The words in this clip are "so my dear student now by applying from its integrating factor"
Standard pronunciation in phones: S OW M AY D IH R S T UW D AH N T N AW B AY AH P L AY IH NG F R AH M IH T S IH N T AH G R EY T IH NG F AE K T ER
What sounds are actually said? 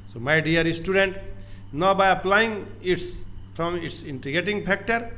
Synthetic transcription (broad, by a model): S OW M AY D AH R S T UW D AH N T N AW B AY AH P L AY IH NG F R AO M IH T S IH N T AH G EY T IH NG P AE K T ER